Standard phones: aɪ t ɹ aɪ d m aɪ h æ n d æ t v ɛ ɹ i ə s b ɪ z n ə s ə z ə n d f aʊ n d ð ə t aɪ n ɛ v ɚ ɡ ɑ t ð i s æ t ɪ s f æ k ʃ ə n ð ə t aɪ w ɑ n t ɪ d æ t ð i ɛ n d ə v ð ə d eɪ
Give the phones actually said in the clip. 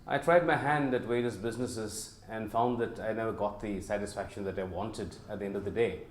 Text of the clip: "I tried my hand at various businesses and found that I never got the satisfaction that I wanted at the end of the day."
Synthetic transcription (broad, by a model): aɪ t ɹ aɪ d m aɪ h æ n d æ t w ɛ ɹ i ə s b ɪ z n ə s ə z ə n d f aʊ n d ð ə t aɪ n ɛ v ɚ ɡ ɑ t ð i s æ t ɪ s f æ k ʃ ə n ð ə t aɪ w ɑ n t ɪ d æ t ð i ɛ n d ə v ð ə d eɪ